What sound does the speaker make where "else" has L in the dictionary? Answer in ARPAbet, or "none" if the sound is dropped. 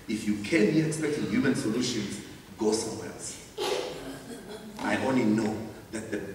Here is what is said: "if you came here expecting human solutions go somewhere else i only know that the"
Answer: none